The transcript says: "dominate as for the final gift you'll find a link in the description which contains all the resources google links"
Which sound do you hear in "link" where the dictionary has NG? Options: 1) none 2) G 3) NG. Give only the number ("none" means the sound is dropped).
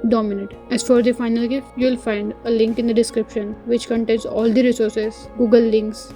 3